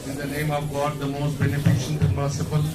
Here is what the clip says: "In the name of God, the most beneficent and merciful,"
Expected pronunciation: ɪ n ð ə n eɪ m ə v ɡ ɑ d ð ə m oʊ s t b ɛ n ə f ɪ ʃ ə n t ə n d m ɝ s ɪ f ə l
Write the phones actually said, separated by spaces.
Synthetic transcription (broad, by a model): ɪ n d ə n eɪ m ə v ɡ ɑ d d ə m oʊ s t b ɛ n ə f ɪ ʃ ə n t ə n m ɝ s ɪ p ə l